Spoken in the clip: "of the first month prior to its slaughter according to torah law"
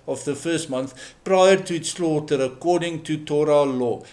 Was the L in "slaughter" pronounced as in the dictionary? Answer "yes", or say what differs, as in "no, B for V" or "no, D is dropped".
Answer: yes